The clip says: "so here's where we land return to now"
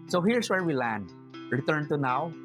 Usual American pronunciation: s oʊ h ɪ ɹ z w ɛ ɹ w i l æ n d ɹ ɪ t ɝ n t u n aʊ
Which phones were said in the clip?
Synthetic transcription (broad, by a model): s oʊ h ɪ ɹ s w ɛ ɹ w i l æ n d ɹ ɪ t ɝ n t u n aʊ